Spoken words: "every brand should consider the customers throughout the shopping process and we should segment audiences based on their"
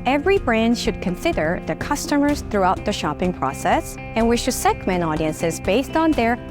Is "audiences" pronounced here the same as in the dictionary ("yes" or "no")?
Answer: yes